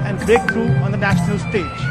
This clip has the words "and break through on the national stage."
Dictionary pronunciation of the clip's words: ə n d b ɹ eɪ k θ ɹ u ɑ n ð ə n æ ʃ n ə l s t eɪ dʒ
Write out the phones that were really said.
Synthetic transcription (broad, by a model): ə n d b eɪ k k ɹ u ɑ n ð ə n æ ʃ n ə l s t eɪ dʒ